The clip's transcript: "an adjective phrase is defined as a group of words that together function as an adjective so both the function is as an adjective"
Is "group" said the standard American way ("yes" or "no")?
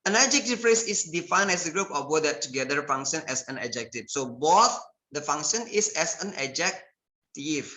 yes